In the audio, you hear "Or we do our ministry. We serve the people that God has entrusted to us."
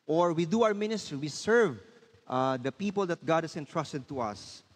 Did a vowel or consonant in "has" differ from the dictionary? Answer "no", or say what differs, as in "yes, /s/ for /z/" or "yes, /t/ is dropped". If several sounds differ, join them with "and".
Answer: yes, /s/ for /z/